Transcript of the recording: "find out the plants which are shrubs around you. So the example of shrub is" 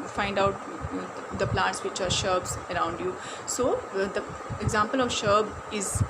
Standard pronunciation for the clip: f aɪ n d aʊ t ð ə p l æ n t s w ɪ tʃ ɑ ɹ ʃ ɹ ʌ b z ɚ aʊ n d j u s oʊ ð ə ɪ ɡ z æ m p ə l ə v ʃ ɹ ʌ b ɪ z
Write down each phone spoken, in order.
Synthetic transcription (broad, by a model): f aɪ n d aʊ t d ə p l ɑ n t s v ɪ tʃ ɑ ɹ ʃ ʌ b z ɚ aʊ n d j u s oʊ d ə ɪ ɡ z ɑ m p ə l ə v ʃ ʌ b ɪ z